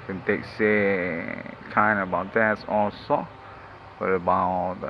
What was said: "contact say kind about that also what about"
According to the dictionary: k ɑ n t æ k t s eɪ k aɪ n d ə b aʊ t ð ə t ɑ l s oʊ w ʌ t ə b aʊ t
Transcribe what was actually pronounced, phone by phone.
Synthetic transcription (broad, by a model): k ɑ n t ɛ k s eɪ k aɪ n ə b aʊ t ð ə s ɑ s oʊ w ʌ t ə b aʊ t